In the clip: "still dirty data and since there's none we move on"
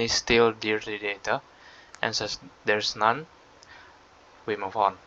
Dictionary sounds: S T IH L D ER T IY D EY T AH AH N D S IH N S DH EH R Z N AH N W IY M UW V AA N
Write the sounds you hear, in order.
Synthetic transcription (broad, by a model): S T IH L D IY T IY D EY T AH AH N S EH S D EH R S N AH N W IY M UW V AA N